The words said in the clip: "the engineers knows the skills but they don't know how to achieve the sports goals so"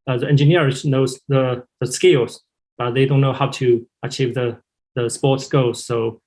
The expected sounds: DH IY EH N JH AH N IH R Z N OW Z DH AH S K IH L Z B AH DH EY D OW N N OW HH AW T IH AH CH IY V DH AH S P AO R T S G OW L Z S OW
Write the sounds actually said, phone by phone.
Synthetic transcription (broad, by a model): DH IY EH N JH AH N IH R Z N OW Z DH AH S K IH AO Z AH DH EY D OW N N OW HH AW T IH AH CH IY V DH AH S P AO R T S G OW Z S OW